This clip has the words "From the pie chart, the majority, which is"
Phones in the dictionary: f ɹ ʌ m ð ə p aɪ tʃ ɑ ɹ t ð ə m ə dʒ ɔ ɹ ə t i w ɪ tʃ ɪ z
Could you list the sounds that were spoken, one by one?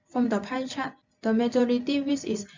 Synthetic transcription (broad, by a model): f ɹ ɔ m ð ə p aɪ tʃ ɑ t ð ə m ə dʒ ɔ ɹ ə t i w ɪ s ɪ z